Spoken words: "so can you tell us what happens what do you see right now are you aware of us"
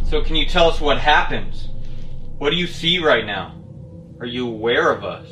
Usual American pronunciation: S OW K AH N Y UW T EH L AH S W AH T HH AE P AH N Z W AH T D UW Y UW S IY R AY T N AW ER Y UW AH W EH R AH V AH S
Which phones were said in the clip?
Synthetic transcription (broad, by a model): S OW K AH N Y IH T EH L AH S W AH T HH AE P AH N Z W AH T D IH Y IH S IY R AY T N AW ER Y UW AH W EH R AH V AH S